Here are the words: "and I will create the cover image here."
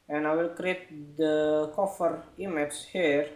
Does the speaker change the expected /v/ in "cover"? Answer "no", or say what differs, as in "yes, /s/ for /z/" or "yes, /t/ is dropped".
yes, /f/ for /v/